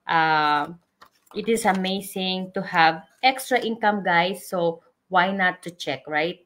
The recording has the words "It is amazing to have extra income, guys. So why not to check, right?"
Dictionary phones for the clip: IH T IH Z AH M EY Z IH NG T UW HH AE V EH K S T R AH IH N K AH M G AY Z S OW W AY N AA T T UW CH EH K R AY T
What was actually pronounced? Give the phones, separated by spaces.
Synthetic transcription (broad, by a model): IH T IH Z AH M EY S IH NG T UW HH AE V EH K S T R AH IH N K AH M G AY S OW W AY N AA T T UW CH EH K R AY T